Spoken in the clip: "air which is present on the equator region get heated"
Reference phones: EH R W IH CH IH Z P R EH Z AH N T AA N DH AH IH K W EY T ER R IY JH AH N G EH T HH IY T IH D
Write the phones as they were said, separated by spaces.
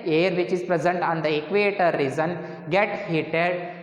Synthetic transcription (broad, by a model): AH R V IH CH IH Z P R EH Z AH N T AA N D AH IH K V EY T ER R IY Z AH N G EH T HH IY T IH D